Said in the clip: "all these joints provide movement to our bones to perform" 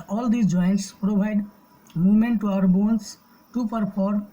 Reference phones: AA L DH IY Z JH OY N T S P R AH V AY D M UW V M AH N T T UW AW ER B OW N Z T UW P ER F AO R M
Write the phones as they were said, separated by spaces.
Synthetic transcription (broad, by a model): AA L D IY JH OY N T S P R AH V AY D M UW V M AH N T T UW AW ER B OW N S T UW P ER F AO R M